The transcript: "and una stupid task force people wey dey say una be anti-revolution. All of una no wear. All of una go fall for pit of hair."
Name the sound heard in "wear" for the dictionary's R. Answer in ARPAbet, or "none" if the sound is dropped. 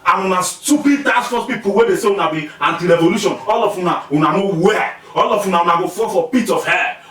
L